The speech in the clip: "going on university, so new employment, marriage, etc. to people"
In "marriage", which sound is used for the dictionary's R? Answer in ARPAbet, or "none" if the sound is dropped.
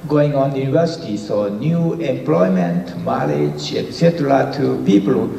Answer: L